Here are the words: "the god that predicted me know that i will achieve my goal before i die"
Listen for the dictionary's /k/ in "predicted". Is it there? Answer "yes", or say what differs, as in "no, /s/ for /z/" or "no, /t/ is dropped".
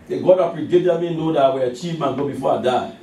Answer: no, /k/ is dropped